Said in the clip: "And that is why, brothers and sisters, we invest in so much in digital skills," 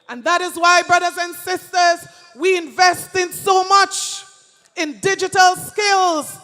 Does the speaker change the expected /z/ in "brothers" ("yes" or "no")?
no